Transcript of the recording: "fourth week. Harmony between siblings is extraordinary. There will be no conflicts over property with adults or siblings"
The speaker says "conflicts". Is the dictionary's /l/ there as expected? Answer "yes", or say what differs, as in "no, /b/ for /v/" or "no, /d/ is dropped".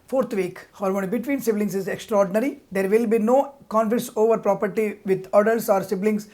no, /l/ is dropped